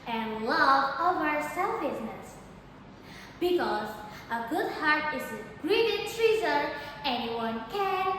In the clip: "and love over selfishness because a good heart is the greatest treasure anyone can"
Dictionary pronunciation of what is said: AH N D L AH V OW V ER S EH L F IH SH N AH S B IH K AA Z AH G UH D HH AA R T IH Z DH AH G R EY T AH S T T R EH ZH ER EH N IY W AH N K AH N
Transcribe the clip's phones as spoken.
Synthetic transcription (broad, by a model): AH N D L AH V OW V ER S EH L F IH S N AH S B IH K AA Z AH G UH D HH AA R T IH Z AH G R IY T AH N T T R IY Z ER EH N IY W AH N K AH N